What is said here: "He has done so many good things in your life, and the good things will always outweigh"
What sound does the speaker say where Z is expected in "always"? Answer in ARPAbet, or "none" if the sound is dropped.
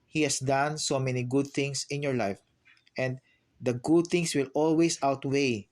S